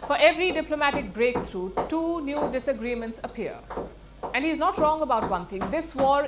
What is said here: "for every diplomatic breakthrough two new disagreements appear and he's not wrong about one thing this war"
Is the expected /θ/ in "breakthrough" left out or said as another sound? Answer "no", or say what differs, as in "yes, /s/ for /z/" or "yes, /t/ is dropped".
yes, /t/ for /θ/